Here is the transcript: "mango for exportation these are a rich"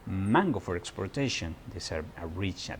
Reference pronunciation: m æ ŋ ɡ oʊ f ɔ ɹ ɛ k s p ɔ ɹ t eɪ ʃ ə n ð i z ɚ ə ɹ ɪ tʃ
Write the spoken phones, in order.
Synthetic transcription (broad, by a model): m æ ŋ ɡ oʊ f ɔ ɹ ɛ k s p ɔ ɹ t eɪ ʃ ə n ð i s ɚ ə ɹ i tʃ